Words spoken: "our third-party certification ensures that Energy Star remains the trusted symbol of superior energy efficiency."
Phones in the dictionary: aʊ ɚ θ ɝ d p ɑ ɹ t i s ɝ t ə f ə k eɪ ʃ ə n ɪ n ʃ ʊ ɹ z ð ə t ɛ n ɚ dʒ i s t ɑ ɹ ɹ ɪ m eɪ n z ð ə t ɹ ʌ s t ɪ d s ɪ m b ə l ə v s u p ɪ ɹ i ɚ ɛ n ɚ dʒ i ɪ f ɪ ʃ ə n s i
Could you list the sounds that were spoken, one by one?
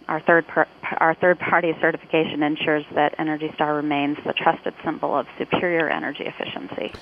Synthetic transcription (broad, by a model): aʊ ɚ θ ɝ d p ɑ ɹ t i s ɝ t ə f ə k eɪ ʃ ə n ɪ n ʃ ʊ ɹ z ð ə t ɛ n ɚ dʒ i s t ɑ ɹ ɹ ɪ m eɪ n z ð ə t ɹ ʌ s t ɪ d s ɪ m b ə l ə v s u p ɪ ɹ i ɚ ɛ n ɚ dʒ i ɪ f ɪ ʃ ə n s i